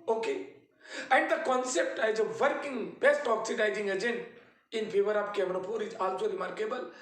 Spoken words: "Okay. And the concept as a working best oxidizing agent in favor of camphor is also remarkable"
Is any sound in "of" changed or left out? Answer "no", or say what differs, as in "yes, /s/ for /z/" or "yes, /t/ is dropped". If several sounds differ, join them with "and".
yes, /p/ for /v/